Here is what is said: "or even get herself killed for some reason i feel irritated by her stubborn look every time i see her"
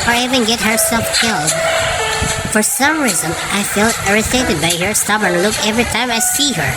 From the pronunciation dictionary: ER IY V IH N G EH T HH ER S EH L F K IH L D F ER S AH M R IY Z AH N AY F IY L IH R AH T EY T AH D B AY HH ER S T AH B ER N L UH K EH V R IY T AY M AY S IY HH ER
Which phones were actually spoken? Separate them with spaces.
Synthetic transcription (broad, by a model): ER IY V IH N G EH T HH ER S EH L F K IH L D F ER S AH M R IY Z AH N AY F IY L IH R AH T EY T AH D B AY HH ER S T AH B ER N L UH K EH V R IY T AY M AY S IY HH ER